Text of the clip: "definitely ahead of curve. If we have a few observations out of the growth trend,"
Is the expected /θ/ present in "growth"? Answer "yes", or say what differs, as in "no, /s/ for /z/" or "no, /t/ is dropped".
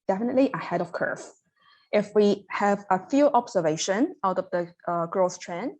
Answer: no, /s/ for /θ/